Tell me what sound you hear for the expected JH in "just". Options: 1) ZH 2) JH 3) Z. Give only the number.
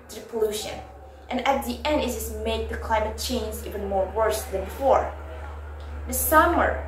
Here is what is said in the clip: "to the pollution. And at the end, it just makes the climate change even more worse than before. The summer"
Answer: 3